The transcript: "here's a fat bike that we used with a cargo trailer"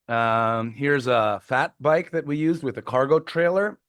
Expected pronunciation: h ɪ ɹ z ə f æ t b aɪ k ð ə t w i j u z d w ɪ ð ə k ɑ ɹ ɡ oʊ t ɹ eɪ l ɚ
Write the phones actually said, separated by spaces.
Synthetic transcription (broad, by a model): h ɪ ɹ z ə f æ t b aɪ k ð ə t w i j u z d w ɪ ð ə k ɑ ɹ ɡ oʊ t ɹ eɪ l ɚ